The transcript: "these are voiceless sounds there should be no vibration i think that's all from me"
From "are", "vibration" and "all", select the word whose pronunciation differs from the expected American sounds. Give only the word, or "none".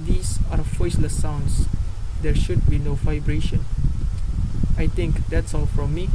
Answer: none